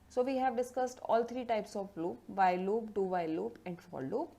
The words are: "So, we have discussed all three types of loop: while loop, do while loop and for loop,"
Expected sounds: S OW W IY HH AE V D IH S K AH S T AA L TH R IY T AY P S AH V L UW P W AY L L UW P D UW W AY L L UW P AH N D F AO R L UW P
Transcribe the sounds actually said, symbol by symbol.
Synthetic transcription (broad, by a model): S OW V IY HH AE V D IH S K AH S T AA L T R IY T AY P S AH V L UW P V AY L L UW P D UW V AY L L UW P AH N D F AO R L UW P